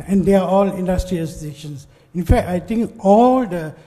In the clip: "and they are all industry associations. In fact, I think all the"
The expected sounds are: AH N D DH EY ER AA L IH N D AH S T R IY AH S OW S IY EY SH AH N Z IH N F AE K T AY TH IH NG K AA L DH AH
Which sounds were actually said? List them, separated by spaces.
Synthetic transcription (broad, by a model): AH N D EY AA AA L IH N D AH S T R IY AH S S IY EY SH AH N S IH N F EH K T AY T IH NG K AA L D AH